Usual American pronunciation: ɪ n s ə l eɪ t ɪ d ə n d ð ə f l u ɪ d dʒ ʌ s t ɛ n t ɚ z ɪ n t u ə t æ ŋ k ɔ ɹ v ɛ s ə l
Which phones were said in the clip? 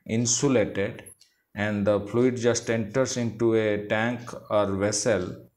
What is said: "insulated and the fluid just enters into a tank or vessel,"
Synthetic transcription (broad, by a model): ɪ n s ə l eɪ t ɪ d ə n d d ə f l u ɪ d dʒ ʌ s t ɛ n t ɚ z ɪ n t u ə t æ ŋ k ɔ ɹ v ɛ s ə l